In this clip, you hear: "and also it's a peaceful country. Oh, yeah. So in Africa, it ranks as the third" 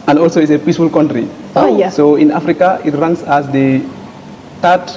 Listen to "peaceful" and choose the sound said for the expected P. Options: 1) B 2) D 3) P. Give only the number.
3